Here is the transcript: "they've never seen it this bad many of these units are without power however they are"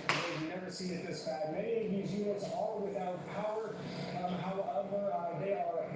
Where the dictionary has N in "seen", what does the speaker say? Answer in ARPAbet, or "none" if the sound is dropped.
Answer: none